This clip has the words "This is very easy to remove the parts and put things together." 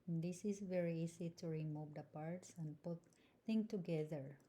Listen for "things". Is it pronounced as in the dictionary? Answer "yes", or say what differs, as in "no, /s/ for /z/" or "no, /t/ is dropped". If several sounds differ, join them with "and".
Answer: no, /z/ is dropped